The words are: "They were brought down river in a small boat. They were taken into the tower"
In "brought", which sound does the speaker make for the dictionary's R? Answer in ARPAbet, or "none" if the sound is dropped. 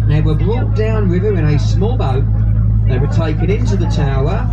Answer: L